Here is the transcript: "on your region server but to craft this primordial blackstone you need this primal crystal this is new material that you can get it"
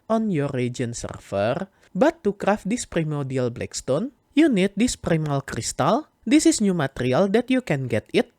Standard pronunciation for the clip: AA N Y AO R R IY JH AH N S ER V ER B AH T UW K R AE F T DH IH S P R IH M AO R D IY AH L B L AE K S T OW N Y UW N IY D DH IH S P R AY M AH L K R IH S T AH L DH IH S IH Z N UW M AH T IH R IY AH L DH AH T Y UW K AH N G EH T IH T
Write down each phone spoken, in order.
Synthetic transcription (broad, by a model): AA N Y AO R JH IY AH N S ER F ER B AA T UW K R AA F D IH S P R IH M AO D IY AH L B L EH K S T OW N Y UW N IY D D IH S P R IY M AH L K R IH S T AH L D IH S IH S N UW M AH T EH R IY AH L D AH T Y UW K AH N G EH T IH T